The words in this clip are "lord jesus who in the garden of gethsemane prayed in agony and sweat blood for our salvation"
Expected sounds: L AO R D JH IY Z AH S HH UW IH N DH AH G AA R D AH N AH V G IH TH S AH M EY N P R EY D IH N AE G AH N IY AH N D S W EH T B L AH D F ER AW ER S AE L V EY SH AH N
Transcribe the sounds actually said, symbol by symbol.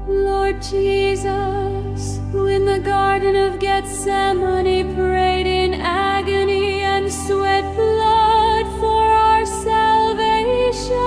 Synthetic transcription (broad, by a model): L AO R D JH IY Z AH S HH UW IH N DH AH G AA R D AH N AH V G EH T S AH M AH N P R EY D IH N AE G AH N IY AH N S W EH T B L AH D F ER AW ER S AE L V EY SH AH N